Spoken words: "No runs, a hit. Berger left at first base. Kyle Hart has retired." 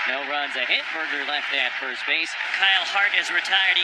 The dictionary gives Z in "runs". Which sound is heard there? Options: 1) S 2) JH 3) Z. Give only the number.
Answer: 3